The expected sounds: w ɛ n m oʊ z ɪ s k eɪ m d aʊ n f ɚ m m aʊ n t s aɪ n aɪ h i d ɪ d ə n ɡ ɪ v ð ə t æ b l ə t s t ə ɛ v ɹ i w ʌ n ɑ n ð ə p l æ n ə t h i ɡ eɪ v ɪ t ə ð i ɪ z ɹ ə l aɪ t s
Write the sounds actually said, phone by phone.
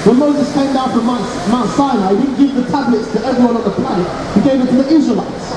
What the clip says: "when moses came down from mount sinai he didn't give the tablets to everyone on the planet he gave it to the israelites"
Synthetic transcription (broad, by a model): w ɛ n m oʊ z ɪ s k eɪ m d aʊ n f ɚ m m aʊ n s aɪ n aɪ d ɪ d n ɡ ɪ v ð ə t æ b l ə t s t ə ɛ v ɹ i w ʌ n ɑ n ð ə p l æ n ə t h i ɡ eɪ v ɪ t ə ð i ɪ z ɹ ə l aɪ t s